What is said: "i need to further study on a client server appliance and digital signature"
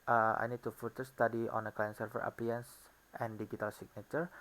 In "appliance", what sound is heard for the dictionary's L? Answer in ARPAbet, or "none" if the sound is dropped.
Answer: none